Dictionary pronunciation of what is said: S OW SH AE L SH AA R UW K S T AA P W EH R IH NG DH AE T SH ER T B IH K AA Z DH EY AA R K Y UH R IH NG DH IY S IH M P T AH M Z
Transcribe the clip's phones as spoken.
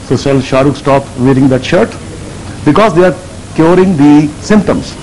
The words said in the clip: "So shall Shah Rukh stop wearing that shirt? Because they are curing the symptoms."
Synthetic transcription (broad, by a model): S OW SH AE L SH AA R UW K S T AA P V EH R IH NG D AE T SH ER T B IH K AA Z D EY AA R K Y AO R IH NG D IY S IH M P T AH M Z